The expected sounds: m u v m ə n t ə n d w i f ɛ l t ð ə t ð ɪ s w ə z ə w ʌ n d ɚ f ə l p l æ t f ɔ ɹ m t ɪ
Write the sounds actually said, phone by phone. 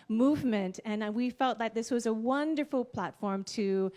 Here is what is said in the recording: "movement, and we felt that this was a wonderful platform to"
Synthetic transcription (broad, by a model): m u v m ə n t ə n w i f ɛ l t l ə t ð ɪ s w ə z ə w ʌ n d ɚ f l p l æ t f ɔ ɹ m t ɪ